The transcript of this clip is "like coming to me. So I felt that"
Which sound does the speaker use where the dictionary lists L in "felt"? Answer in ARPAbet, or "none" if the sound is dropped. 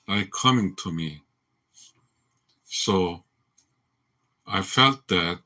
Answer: L